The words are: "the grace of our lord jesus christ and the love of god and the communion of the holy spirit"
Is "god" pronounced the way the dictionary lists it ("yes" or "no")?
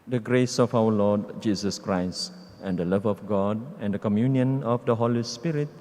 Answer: yes